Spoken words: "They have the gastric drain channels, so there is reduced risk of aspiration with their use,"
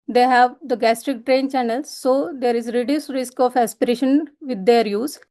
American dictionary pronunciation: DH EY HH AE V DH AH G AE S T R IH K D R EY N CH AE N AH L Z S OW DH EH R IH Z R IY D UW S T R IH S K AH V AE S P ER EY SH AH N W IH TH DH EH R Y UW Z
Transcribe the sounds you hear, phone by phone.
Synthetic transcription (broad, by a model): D EY HH AE V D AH G AE S T R IH K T R EY N CH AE N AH L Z S OW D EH R IH Z R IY D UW S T R IH S K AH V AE S P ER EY SH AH N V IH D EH R Y UW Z